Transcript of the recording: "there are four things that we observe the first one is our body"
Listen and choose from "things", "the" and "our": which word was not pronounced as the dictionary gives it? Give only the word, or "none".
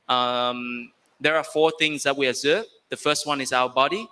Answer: none